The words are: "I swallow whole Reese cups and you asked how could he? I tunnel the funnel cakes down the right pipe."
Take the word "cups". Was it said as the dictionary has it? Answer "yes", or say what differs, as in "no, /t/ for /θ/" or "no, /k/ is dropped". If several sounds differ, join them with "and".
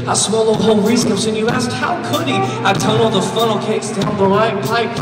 no, /p/ is dropped